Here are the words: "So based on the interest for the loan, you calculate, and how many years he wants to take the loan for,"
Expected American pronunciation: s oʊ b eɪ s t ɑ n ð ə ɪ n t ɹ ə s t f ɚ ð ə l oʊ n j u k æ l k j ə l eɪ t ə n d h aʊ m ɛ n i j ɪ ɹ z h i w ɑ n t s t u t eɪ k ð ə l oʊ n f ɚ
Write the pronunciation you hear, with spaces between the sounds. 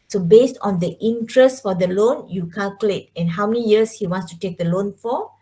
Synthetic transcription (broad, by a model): s oʊ b eɪ s t ɑ n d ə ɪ n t ɹ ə s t f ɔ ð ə l oʊ n j u k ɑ l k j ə l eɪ t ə n h aʊ m ɛ n i j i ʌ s h i w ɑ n s t u t eɪ k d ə l oʊ n f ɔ